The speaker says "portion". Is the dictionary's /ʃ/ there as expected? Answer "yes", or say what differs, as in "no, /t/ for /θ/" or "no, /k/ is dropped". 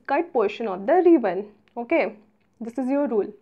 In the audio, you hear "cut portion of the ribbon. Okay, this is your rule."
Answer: yes